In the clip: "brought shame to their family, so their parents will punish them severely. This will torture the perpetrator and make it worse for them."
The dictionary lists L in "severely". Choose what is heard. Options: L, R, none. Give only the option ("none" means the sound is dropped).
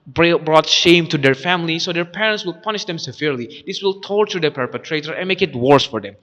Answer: L